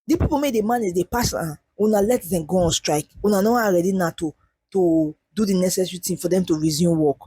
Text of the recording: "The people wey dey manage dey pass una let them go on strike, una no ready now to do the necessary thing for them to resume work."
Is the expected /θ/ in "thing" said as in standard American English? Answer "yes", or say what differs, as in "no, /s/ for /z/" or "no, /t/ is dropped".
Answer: no, /t/ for /θ/